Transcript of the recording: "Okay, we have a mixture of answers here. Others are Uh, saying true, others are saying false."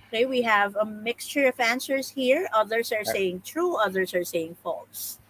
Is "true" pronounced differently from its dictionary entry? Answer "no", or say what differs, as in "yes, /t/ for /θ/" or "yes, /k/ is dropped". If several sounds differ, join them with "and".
no